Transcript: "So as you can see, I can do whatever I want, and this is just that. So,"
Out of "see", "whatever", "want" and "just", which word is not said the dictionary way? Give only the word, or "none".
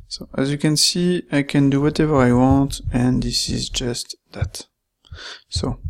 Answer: none